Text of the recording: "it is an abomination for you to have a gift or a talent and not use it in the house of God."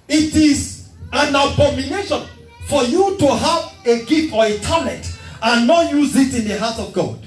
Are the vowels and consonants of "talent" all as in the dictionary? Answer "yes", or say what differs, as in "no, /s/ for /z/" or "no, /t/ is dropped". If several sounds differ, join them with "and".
no, /n/ is dropped